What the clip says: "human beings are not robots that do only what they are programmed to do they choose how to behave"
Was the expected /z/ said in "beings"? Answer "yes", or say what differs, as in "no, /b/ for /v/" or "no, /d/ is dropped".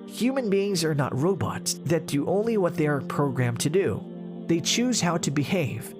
yes